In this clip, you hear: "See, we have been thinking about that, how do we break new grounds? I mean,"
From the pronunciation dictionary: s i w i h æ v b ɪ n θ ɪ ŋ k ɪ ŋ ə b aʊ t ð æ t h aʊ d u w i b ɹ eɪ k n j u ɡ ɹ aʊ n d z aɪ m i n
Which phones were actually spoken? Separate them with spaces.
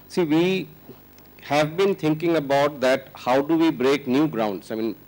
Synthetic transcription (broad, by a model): s i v i h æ v b ɪ n t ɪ ŋ k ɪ ŋ ə b aʊ t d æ t h aʊ d u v i b ɹ eɪ k n j u ɡ ɹ aʊ n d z aɪ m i n